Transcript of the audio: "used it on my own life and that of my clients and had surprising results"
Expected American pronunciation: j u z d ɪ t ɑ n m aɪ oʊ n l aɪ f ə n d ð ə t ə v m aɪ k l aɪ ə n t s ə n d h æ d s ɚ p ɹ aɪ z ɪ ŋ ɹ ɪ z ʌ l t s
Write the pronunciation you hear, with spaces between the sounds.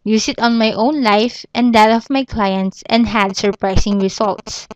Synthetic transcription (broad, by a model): j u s ɪ t ɑ n m aɪ oʊ n l aɪ f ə n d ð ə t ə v m aɪ k l aɪ ə n t s ə n d h æ d s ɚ p ɹ aɪ s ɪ ŋ ɹ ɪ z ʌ l t s